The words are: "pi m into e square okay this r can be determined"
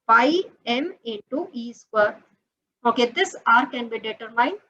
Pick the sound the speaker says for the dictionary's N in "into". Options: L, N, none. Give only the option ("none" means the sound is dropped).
none